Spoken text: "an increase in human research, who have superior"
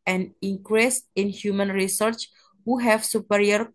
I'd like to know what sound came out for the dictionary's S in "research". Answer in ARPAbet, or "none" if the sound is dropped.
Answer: S